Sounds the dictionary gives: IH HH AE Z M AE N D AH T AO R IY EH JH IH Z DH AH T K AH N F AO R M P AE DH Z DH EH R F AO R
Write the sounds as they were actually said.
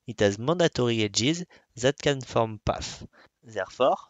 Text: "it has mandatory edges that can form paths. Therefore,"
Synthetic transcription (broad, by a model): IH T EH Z M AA D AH T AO R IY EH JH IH Z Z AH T K AH N F AO R M P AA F Z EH R F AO R